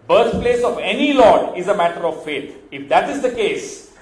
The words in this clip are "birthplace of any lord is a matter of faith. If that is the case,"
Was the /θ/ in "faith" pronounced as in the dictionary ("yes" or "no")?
no